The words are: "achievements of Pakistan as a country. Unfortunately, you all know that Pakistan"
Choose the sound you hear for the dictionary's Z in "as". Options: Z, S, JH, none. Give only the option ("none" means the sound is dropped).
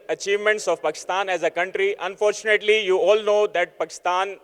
Z